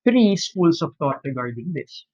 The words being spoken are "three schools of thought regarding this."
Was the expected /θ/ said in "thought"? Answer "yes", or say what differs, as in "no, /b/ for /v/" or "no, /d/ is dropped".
no, /t/ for /θ/